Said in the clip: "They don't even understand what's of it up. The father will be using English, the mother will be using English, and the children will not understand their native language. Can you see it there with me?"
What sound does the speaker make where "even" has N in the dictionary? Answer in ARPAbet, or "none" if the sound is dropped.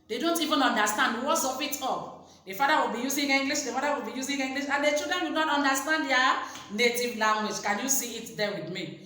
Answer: N